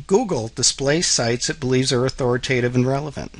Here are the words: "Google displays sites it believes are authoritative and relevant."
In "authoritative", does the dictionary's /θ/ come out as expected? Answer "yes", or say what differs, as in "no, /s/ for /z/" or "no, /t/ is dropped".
yes